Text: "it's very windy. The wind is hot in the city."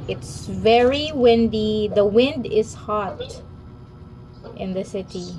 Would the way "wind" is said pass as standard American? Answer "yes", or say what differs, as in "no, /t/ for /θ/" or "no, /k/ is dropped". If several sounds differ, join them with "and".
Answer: yes